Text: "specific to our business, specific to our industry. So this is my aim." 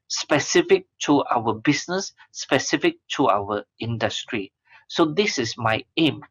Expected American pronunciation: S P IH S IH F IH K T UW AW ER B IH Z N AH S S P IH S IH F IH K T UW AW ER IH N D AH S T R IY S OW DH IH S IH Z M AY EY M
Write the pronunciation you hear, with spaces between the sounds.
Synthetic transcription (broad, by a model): S P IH S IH F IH K T UW AW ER B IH S N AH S S P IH S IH F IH K T UW AW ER IH N D AH S T R IY S OW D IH S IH S M AY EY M